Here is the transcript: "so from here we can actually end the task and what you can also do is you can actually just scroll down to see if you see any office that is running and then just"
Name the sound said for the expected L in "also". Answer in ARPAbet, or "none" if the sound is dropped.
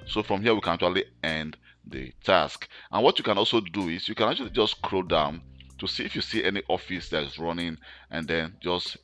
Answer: L